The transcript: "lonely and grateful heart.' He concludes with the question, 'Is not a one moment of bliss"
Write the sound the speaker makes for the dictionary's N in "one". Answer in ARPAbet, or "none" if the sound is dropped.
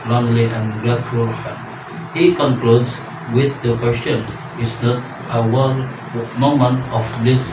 L